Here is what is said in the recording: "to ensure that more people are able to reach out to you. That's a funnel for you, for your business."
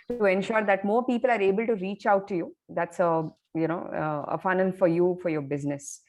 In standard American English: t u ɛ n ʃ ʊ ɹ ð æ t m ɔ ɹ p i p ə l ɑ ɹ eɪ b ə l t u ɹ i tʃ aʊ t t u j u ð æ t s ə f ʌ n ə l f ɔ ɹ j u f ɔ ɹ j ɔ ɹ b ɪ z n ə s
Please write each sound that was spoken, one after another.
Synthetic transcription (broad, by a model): t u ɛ n ʃ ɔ ɹ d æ t m ɔ ɹ p i p ə l ɑ ɹ eɪ b ə l t u ɹ i tʃ aʊ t t u j u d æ t s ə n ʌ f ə n f ɔ ɹ j u f ɔ ɹ j ɔ ɹ b ɪ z n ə s